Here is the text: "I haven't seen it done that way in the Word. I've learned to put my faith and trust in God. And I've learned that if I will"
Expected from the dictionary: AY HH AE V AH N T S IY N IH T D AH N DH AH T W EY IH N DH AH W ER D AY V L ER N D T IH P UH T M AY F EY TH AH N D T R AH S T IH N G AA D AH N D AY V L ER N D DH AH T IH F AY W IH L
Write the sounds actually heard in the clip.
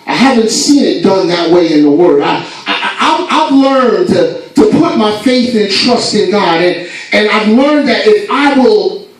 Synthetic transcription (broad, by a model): AY HH AE V AH N T S IY N IH T D AH N DH AH T W EY IH N DH AH W ER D AY V L ER N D T IH P UH T M AY F EY TH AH N T R AH S T IH N G AA D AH N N AY V L ER N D DH AH T IH F AY W IH L